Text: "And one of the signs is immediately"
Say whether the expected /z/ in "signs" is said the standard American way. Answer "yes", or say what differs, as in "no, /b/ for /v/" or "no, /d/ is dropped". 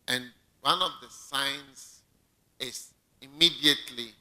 no, /s/ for /z/